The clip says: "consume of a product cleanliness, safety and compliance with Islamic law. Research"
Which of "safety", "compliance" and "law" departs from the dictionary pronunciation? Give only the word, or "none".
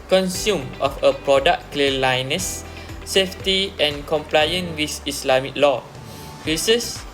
compliance